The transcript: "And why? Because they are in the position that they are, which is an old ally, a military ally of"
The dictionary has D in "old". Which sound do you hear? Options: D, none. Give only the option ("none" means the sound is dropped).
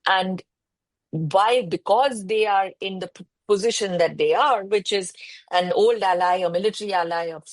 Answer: D